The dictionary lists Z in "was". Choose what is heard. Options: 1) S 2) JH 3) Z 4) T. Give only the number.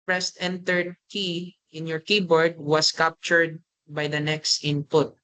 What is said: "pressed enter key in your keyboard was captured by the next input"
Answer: 1